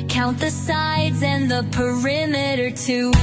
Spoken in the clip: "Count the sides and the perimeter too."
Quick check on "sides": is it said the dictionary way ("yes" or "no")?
yes